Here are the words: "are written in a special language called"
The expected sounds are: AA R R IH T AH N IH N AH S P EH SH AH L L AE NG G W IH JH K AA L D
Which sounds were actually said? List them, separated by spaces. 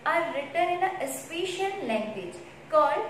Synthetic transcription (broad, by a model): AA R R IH T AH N IH N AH S P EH SH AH N L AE NG G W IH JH K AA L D